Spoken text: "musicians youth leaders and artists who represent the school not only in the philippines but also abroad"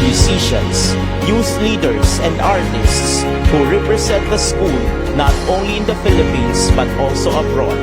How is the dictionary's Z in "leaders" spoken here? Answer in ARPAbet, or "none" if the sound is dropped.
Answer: S